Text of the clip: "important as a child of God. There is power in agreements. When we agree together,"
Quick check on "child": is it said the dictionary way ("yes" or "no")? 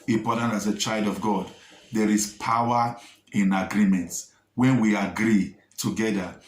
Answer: yes